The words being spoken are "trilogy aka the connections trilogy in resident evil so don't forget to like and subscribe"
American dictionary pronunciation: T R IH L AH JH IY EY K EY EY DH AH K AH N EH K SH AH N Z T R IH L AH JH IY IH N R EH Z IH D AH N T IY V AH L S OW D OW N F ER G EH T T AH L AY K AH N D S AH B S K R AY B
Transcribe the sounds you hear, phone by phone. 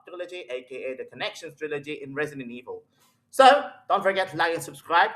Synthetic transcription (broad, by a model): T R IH L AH JH IY EY K EY EY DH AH K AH N EH K SH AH N S T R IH L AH JH IY IH N R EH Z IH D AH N IY V AH L S OW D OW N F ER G EH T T L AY AH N S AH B S K R AY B